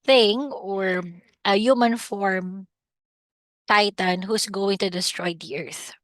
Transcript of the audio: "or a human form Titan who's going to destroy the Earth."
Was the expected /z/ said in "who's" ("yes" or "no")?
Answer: no